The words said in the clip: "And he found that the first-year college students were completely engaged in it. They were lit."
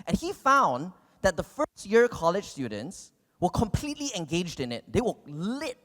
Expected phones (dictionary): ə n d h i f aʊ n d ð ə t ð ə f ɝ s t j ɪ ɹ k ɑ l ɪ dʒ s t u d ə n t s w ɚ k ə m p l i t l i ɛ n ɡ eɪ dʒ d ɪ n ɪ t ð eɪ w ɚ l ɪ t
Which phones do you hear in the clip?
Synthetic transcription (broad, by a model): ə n h i f aʊ n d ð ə t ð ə f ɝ s t j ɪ ɹ k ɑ l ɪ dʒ s t u d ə n t s w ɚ k ə m p l i t l i ɛ n ɡ eɪ dʒ d ɪ n ɪ t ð eɪ w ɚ l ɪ t